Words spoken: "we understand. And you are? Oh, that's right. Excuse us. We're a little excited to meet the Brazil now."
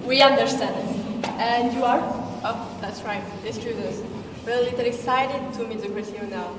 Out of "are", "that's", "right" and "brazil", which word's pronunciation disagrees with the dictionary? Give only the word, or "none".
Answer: brazil